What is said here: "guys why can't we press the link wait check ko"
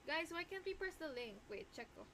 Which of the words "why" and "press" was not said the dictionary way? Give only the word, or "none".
press